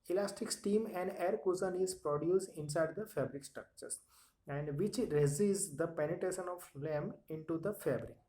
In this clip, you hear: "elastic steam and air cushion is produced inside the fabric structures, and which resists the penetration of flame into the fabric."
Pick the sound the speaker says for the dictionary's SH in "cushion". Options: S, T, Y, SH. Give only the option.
S